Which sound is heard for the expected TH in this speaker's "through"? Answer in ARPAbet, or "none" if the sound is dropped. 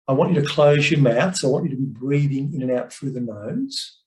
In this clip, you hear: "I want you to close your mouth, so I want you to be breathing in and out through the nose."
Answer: F